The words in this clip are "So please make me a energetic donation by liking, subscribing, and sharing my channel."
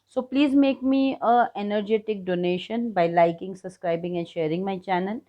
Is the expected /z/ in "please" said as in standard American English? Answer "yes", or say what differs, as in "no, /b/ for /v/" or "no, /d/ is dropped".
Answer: yes